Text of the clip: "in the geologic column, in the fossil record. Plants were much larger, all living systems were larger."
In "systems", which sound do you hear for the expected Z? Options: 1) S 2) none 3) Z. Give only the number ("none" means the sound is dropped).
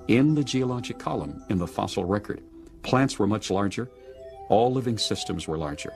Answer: 3